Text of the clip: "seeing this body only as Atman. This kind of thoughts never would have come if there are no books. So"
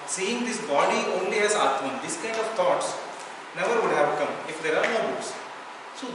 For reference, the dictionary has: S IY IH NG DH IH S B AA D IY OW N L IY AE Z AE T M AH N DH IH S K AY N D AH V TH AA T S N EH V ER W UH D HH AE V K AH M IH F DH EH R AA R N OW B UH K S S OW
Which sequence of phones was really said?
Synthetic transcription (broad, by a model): S IY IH NG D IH S B AA D IY OW N L IY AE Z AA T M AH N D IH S K AY N D AH V T AA T S N EH V ER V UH D HH AE V K AH M IH F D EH R AA R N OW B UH S S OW